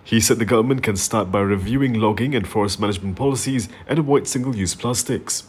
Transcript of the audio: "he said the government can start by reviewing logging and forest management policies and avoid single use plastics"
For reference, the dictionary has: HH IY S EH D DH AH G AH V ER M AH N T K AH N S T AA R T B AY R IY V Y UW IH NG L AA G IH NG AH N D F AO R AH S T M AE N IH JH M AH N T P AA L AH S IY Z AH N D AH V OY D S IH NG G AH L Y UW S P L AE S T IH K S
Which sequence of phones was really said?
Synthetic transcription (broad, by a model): HH IY S EH D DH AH G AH V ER M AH N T K AH N S T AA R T B AY R IY V Y UW IH NG L AA G IH NG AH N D F AO R AH S T M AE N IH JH M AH N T P AA L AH S IY Z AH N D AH W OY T S IH NG G AH L Y UW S P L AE S T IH K S